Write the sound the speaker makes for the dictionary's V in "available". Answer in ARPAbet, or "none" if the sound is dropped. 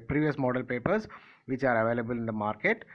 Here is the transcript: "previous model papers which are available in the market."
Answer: V